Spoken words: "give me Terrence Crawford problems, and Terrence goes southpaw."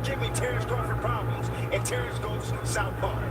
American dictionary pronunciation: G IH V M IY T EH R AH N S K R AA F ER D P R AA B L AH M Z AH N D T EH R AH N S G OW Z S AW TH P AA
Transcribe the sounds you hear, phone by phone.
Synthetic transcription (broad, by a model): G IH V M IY T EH R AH S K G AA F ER P R AA B L AH M Z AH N T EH R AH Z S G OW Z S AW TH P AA